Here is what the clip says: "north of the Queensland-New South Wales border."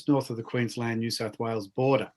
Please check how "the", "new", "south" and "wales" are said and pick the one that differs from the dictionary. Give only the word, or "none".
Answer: none